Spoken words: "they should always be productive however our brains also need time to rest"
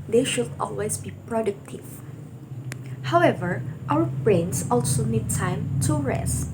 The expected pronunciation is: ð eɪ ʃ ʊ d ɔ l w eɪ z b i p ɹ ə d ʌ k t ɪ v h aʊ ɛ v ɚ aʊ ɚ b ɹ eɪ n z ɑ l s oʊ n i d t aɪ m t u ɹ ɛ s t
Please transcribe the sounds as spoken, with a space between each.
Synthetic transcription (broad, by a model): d eɪ ʃ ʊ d ɔ l w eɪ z b i p ɹ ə d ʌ k t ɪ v h aʊ ɛ v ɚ aʊ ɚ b ɹ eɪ n s ɑ l s oʊ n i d t aɪ m t u ɹ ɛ s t